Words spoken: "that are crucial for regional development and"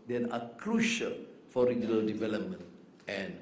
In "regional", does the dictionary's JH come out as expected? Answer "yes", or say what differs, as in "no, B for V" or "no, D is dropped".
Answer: yes